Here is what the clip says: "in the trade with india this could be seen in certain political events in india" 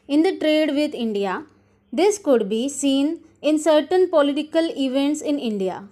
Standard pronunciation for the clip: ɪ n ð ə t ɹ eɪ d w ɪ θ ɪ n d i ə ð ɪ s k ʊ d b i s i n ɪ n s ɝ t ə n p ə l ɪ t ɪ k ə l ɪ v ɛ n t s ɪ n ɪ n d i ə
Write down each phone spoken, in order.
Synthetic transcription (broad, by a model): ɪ n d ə t ɹ eɪ d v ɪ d ɪ n d i ə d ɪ s k ʊ d b i s i n ɪ n s ɝ t ə n p ə l ɪ t ɪ k ə l ɪ v ɛ n t s ɪ n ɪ n d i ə